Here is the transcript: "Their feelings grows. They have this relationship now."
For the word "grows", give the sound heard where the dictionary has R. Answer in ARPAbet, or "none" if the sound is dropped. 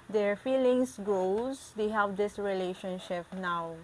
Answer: none